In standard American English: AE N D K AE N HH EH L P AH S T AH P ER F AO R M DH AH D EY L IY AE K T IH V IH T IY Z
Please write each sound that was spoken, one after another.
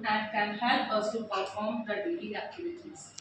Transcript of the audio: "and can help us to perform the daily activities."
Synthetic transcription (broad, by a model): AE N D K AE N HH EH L AO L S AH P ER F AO R M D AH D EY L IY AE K T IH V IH T IY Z